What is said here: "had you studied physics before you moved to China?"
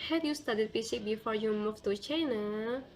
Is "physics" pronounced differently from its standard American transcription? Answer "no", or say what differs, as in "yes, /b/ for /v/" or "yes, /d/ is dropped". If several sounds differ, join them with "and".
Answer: yes, /s/ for /z/ and /s/ is dropped